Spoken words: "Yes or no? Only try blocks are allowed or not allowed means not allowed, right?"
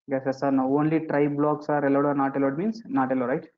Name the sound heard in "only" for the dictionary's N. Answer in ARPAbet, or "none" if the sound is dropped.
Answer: N